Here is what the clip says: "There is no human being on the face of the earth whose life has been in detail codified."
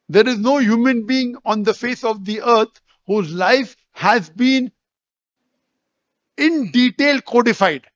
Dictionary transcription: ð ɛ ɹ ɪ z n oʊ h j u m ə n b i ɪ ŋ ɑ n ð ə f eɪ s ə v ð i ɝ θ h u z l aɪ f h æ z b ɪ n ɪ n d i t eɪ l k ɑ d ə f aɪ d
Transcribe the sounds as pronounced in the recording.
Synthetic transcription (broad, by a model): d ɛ ɹ ɪ z n oʊ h j u m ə n b i ɪ ŋ ɑ n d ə f eɪ s ə v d i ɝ t h u z l aɪ f h æ z b ɪ n ɪ n d i t eɪ l k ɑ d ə f aɪ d